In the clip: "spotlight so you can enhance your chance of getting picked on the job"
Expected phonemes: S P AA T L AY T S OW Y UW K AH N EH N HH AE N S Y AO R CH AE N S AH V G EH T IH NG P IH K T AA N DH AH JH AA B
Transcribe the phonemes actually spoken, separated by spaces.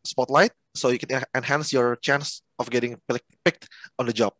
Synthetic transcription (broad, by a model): S P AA T L AY T S OW Y UW K AH N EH N HH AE N S Y AO R CH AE N S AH F G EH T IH NG P IH K T AA N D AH JH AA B